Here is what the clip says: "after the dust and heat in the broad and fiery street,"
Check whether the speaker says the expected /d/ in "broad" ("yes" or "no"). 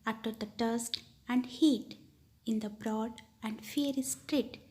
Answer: yes